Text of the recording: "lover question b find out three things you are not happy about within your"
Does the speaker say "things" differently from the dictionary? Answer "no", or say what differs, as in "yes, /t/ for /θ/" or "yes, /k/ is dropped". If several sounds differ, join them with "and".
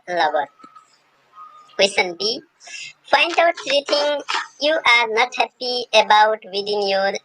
yes, /t/ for /θ/ and /z/ is dropped